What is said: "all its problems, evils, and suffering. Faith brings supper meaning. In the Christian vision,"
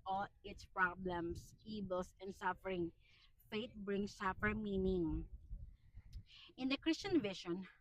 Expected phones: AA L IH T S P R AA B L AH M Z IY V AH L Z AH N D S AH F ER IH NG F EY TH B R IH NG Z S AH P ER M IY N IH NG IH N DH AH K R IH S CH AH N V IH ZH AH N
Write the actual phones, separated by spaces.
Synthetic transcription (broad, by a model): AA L IH T S P R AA B L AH M S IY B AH L S AH N D S AH F ER IH NG F EY T B R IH NG S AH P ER M IY N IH NG IH N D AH K R IH S CH AH N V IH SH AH N